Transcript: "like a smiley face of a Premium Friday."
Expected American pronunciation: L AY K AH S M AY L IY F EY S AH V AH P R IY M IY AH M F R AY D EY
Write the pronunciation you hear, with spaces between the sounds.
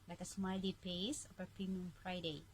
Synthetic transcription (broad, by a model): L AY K AH S M AY L IY P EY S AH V AH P IY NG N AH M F R AY D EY